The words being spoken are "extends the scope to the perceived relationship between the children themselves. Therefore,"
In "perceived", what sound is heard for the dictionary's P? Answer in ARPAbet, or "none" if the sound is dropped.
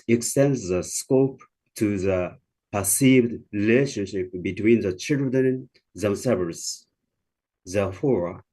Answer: P